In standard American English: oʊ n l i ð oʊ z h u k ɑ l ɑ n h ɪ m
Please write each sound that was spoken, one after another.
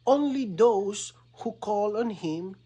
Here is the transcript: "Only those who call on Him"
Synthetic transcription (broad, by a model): oʊ n l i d oʊ s h u k ɑ l ɑ n h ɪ m